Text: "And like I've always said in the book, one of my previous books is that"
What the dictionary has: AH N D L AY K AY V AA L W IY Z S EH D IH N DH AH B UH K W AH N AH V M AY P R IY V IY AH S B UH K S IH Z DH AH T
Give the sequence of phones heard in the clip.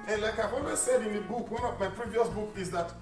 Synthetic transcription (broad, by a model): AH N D L AY K AY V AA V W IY S EH D IH N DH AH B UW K W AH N AH V M AY P R IY V IY AH S B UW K IH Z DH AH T